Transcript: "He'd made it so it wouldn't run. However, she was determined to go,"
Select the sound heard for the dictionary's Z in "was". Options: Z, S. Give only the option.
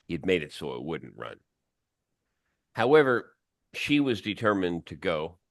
Z